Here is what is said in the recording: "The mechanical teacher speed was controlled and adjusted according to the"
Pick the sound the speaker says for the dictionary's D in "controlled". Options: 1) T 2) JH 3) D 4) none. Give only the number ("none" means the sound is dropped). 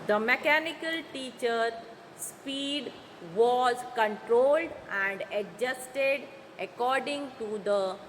3